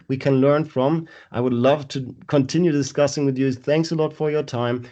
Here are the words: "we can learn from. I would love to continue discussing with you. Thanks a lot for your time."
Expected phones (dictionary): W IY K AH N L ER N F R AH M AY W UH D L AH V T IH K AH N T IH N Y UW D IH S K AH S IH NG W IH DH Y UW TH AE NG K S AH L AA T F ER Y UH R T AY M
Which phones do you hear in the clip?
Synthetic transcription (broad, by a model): W IY K AH N L ER N F R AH M AY W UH D L AH V T IH K AH N T IH N Y UW D IH S K AH S IH NG W IH DH Y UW TH AE NG K S AH L AA T F ER Y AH R T AY M